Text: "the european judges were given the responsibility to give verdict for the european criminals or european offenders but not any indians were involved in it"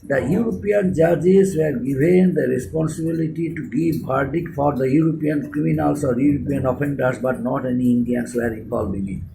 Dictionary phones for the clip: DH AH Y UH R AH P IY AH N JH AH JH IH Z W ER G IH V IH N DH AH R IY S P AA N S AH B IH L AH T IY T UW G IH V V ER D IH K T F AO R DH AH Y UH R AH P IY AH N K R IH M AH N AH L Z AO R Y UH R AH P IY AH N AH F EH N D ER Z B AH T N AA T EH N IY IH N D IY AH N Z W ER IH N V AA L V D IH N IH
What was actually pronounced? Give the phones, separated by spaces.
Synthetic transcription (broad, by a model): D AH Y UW R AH P IY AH N JH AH JH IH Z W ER G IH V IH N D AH R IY S P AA N S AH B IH L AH T IY T UW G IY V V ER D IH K F AO R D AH Y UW R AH P IY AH N K R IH M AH N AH L S AO R Y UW R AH P IY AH N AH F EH N D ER S B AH T N AA T EH N IY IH N D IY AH N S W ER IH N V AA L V IH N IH